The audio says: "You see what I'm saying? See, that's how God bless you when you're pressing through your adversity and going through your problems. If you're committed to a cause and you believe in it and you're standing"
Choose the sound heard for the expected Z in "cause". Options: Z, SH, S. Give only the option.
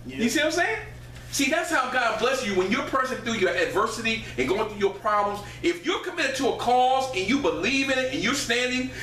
Z